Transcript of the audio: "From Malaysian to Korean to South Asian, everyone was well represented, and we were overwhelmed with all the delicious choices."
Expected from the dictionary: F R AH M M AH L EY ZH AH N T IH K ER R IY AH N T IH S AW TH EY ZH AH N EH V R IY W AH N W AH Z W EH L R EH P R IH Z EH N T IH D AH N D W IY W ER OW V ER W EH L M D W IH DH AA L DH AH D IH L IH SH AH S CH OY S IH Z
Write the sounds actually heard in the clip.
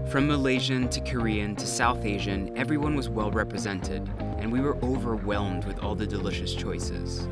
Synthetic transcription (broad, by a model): F R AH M M AH L EY ZH AH N T IH K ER R IY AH N T IH S AW TH EY ZH AH N EH V R IY W AH N W AH Z W EH L R EH P R IH Z EH N T IH D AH N W IY W ER OW V ER W EH L M D W IH DH AA L DH AH D IH L IH SH AH S CH OY S IH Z